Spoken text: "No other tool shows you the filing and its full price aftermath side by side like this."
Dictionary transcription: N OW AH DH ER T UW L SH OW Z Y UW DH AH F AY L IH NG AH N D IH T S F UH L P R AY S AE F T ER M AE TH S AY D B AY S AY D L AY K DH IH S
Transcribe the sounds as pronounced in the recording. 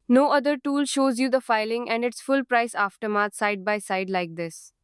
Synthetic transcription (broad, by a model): N OW AH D ER T UW L SH OW Z Y UW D AH F AY L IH NG AH N D IH T S F UH L P R AY S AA F T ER M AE T S AY D B AY S AY D L AY K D IH S